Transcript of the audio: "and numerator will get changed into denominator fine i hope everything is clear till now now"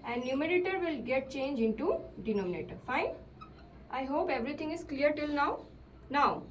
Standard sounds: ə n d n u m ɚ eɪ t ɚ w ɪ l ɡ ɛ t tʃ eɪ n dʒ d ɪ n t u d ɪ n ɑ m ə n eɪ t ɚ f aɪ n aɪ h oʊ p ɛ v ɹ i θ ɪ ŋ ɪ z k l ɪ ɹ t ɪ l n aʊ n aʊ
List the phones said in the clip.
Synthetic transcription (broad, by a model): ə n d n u m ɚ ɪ t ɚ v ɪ l ɡ ɛ t tʃ eɪ n dʒ ɪ n t u d ɪ n ɑ m ə n eɪ t ɚ f aɪ n aɪ h oʊ p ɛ v ɹ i t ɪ ŋ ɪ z k l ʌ ɹ t ɪ l n aʊ n aʊ